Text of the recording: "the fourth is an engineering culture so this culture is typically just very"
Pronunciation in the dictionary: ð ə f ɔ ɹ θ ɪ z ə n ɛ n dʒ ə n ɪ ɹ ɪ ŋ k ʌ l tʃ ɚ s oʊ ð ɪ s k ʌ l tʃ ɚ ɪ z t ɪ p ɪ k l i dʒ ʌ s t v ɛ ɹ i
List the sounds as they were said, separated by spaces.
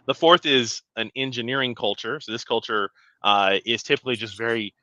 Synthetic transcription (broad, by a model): ð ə f ɔ ɹ θ ɪ z ə n ɛ n dʒ ə n ɪ ɹ ɪ ŋ k ʌ l tʃ ɚ s oʊ ð ɪ s k ʌ l tʃ ɚ ɪ z t ɪ p ɪ k l i dʒ ʌ s t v ɛ ɹ i